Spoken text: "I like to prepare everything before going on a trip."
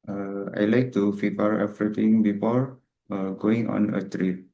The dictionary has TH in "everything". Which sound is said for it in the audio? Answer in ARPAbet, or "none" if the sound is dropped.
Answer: T